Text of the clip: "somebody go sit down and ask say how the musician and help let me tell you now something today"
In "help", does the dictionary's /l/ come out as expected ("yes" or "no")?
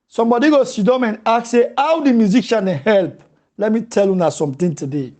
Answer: yes